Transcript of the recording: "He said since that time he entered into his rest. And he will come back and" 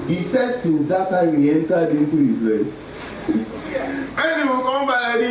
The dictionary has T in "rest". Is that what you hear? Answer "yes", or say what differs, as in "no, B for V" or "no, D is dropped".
no, T is dropped